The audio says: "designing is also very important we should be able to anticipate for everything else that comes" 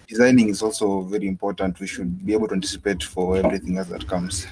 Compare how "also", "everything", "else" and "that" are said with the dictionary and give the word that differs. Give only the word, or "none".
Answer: none